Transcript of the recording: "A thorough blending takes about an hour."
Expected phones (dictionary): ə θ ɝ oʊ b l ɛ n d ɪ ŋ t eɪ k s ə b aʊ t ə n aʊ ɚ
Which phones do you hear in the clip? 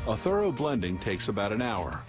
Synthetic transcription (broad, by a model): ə θ ɝ oʊ b l ɛ n d ɪ ŋ t eɪ k s ə b aʊ t ə n aʊ ɚ